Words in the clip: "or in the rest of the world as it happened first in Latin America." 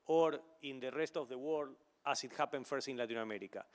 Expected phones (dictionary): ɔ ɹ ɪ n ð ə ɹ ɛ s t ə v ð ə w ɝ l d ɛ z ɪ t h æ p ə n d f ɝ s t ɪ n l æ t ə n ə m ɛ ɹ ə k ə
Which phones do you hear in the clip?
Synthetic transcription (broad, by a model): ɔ ɹ ɪ n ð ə ɹ ɛ s t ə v ð ə w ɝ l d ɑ s ɪ t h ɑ p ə n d f ɝ s t ɪ n l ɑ t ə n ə m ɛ ɹ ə k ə